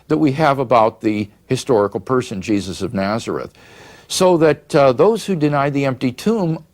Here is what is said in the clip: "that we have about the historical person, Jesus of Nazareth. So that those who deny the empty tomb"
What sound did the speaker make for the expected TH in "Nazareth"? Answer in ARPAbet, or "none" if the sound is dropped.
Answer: TH